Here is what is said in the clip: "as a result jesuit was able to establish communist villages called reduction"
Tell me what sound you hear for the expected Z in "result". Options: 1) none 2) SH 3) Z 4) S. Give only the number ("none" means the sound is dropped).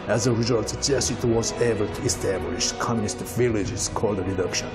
3